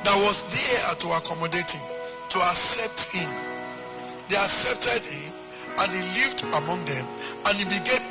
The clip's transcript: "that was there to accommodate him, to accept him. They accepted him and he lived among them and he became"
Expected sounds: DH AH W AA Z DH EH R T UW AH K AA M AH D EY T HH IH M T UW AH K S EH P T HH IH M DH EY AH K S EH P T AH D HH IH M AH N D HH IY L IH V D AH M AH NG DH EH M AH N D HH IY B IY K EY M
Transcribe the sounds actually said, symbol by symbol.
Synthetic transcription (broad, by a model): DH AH W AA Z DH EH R T UW AH K AA M AH D EY T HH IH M T UW AH K S EH P T HH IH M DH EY AH K S EH P T AH D HH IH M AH N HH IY L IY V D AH M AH NG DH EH M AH N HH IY B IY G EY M